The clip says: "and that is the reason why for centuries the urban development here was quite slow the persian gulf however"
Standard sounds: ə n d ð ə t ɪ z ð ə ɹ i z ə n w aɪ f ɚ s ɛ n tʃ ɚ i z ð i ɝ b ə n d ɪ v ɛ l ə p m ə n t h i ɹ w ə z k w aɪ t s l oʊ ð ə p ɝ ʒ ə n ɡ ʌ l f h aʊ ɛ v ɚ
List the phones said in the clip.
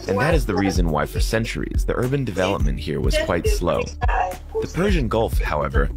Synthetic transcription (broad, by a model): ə n ð ə t ɪ z ð ə ɹ i z ə n w aɪ f ɚ s ɛ n tʃ ɚ i z ð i ɝ b ə n d ɪ v ɛ l ə p m ə n t h i ɹ w ə z k w aɪ t s l oʊ ð ə p ɝ ʒ ə n ɡ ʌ l f h aʊ ɛ v ɚ